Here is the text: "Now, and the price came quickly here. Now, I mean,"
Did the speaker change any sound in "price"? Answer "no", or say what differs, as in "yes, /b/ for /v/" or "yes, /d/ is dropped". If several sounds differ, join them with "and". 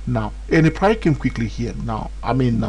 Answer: yes, /s/ is dropped